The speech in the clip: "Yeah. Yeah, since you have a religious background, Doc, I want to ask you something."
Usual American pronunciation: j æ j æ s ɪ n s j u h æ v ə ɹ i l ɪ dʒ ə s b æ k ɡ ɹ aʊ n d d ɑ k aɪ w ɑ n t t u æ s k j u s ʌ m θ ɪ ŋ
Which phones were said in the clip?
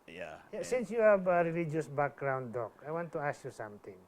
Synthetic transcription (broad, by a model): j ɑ j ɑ s ɪ n s j u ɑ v ə ɹ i l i dʒ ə s b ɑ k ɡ ɹ aʊ n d d ɑ k aɪ w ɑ n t t u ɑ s j u s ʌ m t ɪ ŋ